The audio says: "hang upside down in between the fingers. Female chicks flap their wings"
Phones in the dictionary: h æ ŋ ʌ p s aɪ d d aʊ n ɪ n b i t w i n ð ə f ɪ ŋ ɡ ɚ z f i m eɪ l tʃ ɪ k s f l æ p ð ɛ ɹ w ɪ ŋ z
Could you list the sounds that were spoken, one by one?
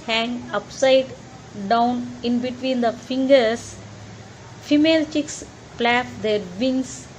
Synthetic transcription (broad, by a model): h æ ŋ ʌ p s aɪ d d aʊ n ɪ n b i t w i n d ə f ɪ ŋ ɡ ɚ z f i m eɪ l tʃ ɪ k s p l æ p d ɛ ɹ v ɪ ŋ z